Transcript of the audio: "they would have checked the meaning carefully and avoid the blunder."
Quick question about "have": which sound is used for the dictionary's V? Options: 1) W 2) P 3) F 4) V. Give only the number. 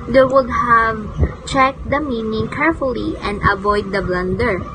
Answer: 4